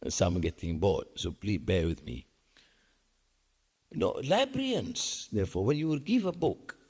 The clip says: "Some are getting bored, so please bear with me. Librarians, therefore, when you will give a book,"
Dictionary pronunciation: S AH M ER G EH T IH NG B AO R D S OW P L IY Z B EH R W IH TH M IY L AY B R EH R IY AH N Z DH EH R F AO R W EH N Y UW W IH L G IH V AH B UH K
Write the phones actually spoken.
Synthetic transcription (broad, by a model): S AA M G EH T IH NG B AO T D S OW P L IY B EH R W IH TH M IY L AY B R R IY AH N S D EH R F AO W EH N Y UW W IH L G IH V AH B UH K